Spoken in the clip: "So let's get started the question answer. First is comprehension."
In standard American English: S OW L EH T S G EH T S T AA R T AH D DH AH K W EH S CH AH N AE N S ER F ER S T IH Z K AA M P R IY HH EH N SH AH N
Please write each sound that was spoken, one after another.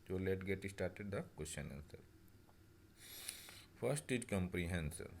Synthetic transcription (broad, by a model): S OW L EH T G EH T S T AA R T AH D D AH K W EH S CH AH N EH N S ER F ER S T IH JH K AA M P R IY HH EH N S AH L